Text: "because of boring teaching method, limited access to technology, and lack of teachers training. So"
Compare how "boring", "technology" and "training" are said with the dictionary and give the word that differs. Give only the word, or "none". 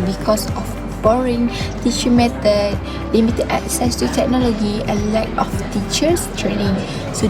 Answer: none